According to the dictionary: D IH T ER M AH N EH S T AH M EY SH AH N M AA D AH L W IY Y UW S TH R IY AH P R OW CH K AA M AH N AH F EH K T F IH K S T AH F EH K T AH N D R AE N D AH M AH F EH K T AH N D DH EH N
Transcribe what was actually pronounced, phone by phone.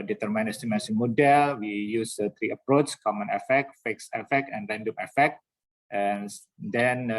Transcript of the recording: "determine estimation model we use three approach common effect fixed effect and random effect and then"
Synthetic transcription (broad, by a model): D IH T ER M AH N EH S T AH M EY S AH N M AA D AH L W IY Y UW S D R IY AH P R OW CH K AA M AH N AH F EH K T F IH K S AH F EH K T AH N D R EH N D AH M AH F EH K T AH N D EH N